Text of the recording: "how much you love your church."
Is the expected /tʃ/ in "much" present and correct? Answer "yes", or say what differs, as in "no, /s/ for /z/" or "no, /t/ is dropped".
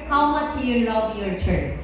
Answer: yes